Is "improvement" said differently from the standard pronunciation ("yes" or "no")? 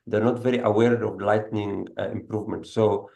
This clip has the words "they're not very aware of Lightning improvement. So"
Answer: no